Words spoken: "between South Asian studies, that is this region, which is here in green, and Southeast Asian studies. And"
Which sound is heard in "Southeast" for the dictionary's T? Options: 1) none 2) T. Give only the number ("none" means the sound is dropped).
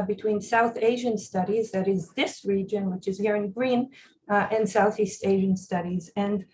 2